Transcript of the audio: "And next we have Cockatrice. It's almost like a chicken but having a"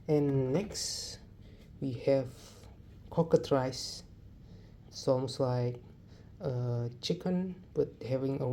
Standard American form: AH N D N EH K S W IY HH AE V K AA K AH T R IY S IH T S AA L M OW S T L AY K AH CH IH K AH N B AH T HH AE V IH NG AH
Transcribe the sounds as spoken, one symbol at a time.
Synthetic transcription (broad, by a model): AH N N EH K S W IY HH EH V K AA K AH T R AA IH S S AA M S L AY K AH CH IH K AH N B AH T HH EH V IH NG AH